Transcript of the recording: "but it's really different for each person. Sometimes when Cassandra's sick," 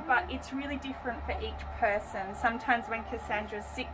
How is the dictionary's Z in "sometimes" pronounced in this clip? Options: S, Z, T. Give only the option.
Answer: Z